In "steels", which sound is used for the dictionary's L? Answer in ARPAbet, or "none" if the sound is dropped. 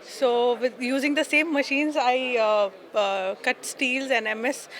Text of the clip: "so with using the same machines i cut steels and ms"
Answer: L